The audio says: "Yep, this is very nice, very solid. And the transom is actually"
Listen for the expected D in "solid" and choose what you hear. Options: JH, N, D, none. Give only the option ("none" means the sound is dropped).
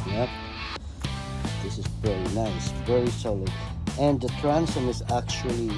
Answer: none